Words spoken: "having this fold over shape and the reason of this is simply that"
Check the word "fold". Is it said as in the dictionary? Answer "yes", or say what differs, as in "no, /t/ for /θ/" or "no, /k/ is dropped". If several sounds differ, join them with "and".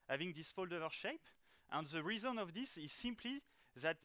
yes